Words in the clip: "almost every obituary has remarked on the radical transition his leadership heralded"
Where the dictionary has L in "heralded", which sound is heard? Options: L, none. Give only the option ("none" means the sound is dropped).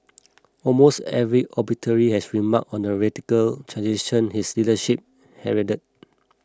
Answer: none